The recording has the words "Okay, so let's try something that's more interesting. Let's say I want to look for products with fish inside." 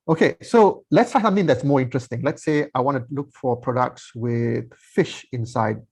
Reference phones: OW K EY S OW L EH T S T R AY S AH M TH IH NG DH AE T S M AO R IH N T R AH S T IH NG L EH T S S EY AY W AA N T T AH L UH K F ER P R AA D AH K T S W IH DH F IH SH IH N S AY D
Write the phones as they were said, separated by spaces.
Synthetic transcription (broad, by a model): OW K EY S OW L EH T S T AY S AH M TH IH NG DH AE T S M AO R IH N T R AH S T IH NG L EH T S S EY AY W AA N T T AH L UH K F ER P R AA D AH K T S W IH DH F IH SH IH N S AY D